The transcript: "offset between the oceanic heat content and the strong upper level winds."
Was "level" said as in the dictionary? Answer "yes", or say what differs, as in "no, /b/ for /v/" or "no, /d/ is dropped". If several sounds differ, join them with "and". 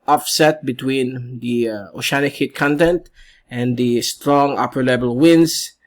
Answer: no, /b/ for /v/